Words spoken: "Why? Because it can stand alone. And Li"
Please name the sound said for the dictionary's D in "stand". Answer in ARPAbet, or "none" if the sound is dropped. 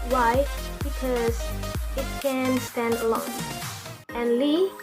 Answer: D